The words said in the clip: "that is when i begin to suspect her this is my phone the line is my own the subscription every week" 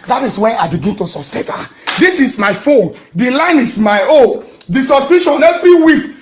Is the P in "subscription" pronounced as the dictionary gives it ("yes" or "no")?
no